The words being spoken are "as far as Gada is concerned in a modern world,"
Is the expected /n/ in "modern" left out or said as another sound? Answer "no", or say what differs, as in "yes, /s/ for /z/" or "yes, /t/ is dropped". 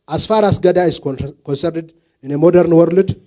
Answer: no